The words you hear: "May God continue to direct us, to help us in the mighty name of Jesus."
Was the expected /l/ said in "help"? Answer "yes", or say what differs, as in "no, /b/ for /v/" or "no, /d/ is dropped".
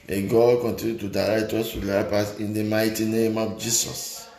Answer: no, /l/ is dropped